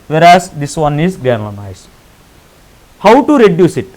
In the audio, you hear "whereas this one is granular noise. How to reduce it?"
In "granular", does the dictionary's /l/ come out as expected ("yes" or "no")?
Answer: no